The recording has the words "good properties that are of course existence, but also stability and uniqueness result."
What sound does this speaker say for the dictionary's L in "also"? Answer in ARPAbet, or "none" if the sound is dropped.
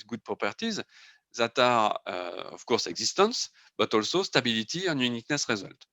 L